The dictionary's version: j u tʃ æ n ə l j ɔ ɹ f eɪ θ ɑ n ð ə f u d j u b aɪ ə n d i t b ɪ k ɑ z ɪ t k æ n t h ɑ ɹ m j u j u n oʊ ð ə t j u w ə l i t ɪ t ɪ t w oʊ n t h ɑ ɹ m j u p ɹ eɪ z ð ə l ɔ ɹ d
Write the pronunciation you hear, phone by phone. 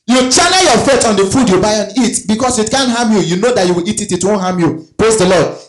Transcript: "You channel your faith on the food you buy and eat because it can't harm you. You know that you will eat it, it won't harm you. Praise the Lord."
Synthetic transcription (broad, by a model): j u tʃ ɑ n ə j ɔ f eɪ t ɑ n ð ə f u d j u b aɪ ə n i t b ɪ k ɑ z ɪ t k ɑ n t h ɑ m j u j u n oʊ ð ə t j u w ə l i t ɪ t ɪ t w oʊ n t h ɑ m j u p ɹ eɪ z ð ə l ɔ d